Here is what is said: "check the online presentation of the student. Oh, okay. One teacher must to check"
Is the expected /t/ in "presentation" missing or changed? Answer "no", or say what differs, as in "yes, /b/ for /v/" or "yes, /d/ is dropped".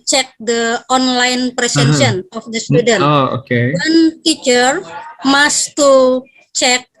yes, /s/ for /t/